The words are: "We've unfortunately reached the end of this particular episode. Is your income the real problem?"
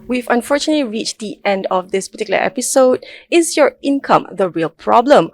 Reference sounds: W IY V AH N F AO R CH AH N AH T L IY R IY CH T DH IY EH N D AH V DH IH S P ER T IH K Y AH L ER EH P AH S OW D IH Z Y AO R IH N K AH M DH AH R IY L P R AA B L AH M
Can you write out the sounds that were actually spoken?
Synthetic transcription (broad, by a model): W IY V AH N F AO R CH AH N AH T L IY R IY CH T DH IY EH N D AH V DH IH S P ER T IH K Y L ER EH P AH S OW D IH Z Y AO R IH N K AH M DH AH R IY L P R AA B L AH M